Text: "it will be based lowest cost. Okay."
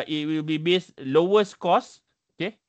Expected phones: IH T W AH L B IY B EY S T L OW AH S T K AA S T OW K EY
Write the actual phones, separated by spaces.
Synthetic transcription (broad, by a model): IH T W AH L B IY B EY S L OW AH S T K AA S OW K EY